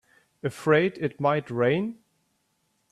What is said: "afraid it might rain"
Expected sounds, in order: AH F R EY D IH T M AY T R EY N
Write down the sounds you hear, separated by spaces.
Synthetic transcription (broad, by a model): AH F R EY D IH T M AY T R EY N